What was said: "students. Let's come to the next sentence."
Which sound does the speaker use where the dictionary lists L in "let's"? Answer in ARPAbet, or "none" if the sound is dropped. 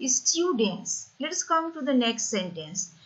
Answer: L